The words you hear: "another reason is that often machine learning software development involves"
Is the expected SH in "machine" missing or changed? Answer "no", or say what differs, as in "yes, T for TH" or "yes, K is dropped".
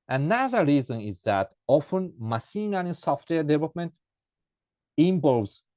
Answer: yes, S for SH